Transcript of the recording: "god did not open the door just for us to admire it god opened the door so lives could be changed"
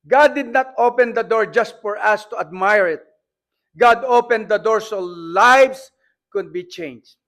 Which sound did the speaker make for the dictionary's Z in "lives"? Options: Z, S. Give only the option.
S